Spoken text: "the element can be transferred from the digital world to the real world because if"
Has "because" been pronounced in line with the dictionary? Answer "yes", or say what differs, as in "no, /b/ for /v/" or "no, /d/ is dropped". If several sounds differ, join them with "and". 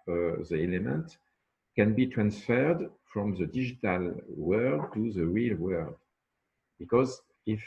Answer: yes